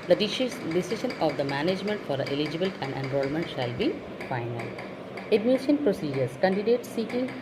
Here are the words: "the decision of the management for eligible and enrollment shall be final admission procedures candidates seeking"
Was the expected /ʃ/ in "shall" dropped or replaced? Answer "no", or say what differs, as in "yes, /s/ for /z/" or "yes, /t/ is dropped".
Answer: no